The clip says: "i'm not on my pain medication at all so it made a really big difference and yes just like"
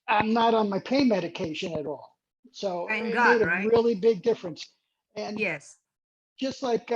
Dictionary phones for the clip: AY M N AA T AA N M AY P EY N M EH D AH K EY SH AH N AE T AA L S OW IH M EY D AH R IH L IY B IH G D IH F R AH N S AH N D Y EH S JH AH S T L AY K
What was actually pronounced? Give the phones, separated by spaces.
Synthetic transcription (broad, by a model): AY M N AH T N M AY P EY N M EH D AH K EY SH AH N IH T AA L S OW IH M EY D AH R IH L IY B IH G D IH F R AH N S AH N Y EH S JH AH S T L AY K